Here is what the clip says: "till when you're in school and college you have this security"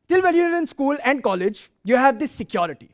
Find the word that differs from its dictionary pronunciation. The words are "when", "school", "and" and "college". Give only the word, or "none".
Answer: when